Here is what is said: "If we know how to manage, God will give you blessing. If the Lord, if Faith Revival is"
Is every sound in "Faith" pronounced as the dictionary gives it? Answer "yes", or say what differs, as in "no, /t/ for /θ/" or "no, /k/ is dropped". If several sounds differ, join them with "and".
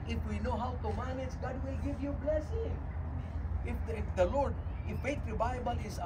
no, /t/ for /θ/